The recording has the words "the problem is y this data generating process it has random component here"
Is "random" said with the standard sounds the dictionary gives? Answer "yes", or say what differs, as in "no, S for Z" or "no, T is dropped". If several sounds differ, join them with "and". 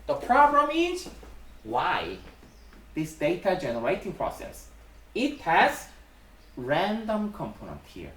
yes